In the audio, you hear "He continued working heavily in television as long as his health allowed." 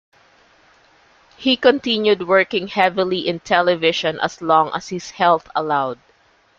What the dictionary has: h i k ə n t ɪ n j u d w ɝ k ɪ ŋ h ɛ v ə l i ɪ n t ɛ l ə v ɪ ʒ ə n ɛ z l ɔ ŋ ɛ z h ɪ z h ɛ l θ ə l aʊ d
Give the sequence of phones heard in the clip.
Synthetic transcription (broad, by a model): h i k ə n t ɪ n j u d w ɝ k ɪ ŋ h ɛ v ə l i ɪ n t ɛ l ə v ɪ ʃ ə n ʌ s l ɔ ŋ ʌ s h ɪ s h ɛ l θ ə l aʊ d